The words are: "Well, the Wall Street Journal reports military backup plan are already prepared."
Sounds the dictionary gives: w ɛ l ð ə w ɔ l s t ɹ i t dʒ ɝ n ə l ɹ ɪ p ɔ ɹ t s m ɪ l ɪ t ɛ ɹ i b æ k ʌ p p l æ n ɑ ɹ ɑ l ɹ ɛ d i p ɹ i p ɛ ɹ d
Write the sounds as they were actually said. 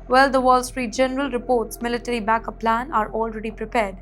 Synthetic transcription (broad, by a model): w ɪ l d ə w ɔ l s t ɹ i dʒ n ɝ ə l ɹ ɪ p ɔ ɹ t s m ɪ l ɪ t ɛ ɹ i b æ k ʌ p p l æ n ɑ ɹ ɑ l ɹ ɛ d i p ɹ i p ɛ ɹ d